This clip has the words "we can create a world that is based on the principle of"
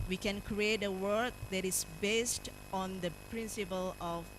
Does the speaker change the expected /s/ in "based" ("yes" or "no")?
no